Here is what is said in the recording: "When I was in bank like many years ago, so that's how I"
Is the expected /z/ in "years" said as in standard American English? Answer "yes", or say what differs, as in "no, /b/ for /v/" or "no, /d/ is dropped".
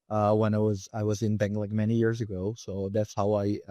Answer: yes